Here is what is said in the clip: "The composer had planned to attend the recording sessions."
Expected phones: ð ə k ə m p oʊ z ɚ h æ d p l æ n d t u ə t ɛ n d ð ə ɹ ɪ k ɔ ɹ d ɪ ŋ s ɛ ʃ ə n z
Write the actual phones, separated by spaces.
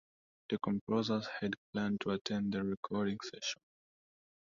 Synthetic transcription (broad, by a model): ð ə k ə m p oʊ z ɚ h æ d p l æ n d t u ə t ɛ n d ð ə ɹ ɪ k ɔ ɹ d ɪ ŋ s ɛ ʃ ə n